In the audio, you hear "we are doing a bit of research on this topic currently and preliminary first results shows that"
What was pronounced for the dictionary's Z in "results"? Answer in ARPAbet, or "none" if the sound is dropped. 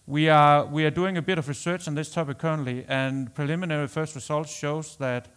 S